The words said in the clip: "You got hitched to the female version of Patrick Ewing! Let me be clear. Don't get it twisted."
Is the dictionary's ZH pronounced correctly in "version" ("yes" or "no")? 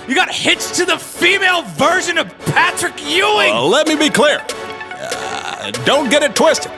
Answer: yes